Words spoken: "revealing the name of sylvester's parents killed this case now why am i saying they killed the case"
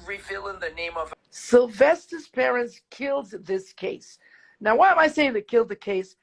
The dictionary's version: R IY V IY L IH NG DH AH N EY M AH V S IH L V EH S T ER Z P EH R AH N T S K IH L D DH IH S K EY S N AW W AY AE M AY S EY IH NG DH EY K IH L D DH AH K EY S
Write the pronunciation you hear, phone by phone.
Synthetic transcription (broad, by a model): R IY V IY L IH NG DH AH N EY M AH V S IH L V EH S T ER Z P EH R AH N T S K IH L D DH IH S K EY S N AW W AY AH M AY S EY IH NG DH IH K IH L D DH AH K EY S